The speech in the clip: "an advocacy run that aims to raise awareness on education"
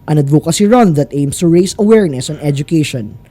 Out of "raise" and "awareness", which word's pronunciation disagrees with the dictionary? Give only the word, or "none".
raise